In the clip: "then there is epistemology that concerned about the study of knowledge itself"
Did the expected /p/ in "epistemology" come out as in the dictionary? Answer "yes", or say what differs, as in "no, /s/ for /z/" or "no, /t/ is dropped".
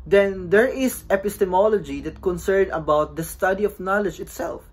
yes